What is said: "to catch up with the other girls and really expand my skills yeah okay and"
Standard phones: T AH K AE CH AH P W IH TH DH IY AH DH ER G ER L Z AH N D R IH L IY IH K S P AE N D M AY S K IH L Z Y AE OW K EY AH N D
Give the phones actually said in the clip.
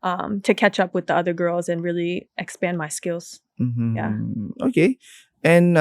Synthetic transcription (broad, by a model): T AH K AE CH AH P W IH DH IY AH DH ER G ER L Z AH N R IH L IY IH K S P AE N M AY S K IH L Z Y AE OW K EY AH N